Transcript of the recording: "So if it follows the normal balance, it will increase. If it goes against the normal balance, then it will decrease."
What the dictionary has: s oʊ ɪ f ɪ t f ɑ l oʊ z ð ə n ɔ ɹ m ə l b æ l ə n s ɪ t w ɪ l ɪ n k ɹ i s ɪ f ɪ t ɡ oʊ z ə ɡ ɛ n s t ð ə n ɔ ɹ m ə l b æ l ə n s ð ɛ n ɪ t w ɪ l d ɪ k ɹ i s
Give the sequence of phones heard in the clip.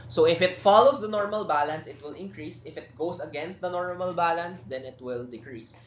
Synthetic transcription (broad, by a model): s oʊ ɪ f ɪ t f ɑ l oʊ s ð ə n ɔ ɹ m ə l b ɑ l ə n s ɪ t w ɪ l ɪ n k ɹ i s ɪ f ɪ t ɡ oʊ s ə ɡ ɛ n s t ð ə n ɔ ɹ m ə l b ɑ l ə n s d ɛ n ɪ t w ɪ l d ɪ k ɹ i s